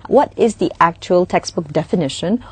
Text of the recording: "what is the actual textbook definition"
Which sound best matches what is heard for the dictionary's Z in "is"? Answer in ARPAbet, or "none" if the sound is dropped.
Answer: Z